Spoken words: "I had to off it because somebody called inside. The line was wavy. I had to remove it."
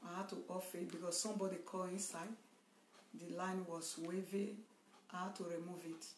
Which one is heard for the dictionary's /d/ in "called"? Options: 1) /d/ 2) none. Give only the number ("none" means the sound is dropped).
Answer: 2